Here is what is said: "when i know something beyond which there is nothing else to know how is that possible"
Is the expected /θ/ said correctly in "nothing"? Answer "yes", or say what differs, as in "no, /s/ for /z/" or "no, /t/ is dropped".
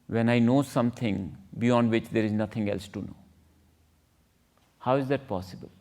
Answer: no, /t/ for /θ/